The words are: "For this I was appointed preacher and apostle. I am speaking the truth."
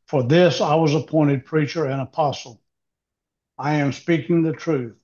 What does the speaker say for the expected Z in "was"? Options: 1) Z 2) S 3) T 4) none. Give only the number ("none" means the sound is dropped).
1